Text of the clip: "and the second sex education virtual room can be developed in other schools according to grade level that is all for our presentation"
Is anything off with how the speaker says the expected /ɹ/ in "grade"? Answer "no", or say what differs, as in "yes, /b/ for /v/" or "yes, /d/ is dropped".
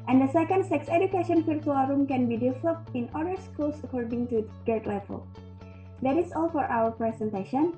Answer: yes, /ɹ/ is dropped